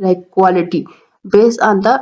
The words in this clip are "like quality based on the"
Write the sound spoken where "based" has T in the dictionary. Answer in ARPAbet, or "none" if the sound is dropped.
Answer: none